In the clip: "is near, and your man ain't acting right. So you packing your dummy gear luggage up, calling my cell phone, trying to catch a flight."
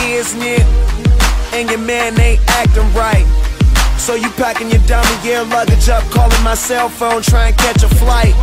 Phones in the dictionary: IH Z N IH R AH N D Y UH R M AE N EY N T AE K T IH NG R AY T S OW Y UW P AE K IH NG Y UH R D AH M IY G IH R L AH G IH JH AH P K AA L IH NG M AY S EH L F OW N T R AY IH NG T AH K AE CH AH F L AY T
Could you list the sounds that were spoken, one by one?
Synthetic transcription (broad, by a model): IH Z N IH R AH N Y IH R M AE N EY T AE K T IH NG R AY T S OW Y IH P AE K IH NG Y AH R D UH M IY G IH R L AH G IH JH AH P K AA L IH NG M AY S EH L F OW N T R AY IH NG K AE CH AH F L AY T